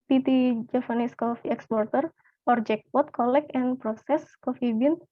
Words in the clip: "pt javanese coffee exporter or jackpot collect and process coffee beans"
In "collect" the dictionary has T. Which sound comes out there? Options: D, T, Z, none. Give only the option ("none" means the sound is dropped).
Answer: none